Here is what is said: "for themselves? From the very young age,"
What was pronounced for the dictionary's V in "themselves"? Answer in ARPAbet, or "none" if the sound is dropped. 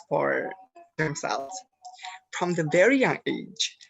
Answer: none